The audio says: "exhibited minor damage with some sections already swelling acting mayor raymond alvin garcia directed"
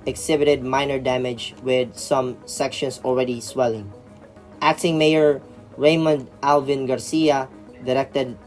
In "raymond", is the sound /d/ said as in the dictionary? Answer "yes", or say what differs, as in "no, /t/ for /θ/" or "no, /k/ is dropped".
yes